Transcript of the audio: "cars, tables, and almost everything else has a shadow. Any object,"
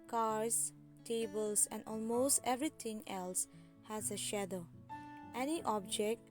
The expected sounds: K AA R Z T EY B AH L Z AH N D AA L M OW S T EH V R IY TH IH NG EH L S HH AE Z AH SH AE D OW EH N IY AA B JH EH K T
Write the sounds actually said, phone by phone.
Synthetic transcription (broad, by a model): K AA R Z T EY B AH L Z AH N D AA L M OW S T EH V R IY T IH NG EH L S HH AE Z AH SH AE D OW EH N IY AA B JH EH K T